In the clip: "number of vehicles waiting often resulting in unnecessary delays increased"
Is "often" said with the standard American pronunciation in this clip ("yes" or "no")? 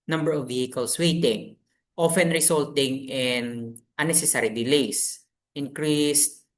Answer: yes